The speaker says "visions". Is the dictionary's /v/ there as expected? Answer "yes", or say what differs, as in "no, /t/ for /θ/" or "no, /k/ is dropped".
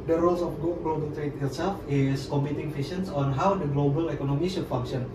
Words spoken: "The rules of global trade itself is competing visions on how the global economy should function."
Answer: no, /f/ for /v/